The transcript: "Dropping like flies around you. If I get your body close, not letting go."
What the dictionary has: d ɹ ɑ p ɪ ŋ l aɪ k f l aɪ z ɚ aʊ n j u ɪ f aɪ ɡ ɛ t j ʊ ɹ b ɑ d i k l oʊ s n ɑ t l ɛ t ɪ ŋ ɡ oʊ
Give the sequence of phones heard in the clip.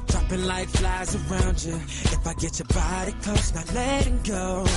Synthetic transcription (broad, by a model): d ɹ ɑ p ɪ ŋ l aɪ k f l aɪ z ɚ aʊ n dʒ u ɪ f aɪ ɡ ɛ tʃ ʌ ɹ b ɑ d i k oʊ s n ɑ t l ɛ t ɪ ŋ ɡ oʊ